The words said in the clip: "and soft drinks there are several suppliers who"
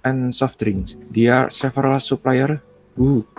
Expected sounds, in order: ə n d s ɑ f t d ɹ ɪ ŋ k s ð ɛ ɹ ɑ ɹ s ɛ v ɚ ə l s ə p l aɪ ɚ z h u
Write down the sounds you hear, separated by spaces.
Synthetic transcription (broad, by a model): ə n s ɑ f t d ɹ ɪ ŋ s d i ɑ ɹ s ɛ f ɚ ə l s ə p l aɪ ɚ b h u